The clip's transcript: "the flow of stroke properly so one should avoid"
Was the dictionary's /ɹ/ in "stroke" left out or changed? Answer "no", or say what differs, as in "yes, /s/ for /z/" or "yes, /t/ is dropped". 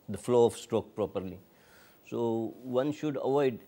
no